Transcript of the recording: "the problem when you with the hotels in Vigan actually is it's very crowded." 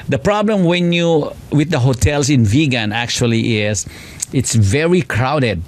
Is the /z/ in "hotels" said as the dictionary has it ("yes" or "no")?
no